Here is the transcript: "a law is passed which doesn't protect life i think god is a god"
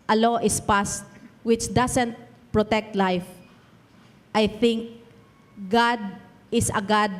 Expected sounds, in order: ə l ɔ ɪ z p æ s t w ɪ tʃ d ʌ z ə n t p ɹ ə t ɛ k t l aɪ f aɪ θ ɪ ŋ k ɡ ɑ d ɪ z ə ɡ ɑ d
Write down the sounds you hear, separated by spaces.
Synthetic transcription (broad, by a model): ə l ɔ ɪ s p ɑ s t w ɪ tʃ d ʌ s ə n t p ɹ ə t ɛ k t l aɪ f aɪ θ ɪ ŋ k ɡ ɑ d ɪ s ə ɡ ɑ d